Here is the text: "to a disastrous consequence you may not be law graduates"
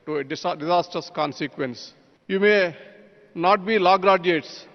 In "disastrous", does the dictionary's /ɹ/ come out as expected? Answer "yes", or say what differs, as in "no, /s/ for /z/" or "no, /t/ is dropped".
no, /ɹ/ is dropped